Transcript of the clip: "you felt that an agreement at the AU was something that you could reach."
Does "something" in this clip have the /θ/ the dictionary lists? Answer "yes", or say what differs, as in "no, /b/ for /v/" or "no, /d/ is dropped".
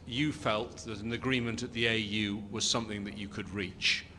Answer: yes